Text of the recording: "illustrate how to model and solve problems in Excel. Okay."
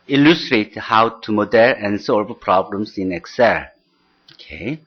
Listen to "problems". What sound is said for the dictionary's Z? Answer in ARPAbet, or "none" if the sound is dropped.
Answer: S